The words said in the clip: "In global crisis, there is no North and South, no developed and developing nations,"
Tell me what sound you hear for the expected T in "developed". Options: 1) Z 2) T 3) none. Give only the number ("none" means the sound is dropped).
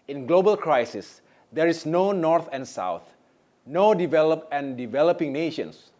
3